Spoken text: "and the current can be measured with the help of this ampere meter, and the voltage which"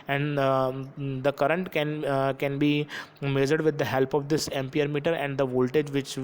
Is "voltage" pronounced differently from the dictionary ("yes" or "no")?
no